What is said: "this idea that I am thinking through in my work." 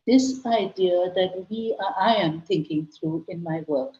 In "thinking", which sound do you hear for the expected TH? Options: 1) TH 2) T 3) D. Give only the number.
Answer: 2